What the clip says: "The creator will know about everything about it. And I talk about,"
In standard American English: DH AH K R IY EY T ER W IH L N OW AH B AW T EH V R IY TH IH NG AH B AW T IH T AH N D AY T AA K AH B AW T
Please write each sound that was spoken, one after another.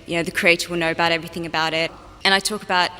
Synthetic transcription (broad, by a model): DH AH K R IY EY T ER W IH L N OW AH B AW T EH V R IY TH IH NG AH B AW T IH T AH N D AY T AA K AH B AW T